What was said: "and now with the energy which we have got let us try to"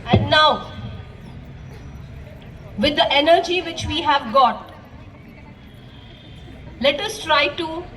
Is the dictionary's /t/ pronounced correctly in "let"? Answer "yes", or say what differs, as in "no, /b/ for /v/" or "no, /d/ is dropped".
yes